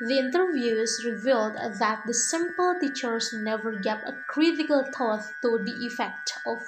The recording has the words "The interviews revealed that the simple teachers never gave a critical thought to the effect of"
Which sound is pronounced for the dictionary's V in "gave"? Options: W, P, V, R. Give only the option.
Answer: P